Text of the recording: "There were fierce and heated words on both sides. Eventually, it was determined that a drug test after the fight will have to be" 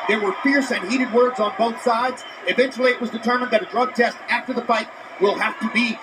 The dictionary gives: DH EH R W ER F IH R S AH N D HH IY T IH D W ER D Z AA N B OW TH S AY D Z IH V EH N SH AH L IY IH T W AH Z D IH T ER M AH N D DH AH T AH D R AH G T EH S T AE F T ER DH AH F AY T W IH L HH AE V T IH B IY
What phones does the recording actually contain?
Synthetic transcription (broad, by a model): DH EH R W ER F IH R S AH N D HH IY T IH D W ER D Z N B OW TH S AY D Z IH V EH N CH L IY IH T W AH Z D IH T ER M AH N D DH AH T AH D R AH G T EH S T AE F T ER DH AH F AY T W IH L HH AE F T IH B IY